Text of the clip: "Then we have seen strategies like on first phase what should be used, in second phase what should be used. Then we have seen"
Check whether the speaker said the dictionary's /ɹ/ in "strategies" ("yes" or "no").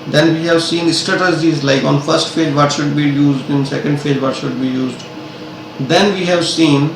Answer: no